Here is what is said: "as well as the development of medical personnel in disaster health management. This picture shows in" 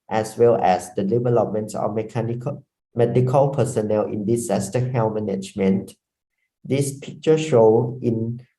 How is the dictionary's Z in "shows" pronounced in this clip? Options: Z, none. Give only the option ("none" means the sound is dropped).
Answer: none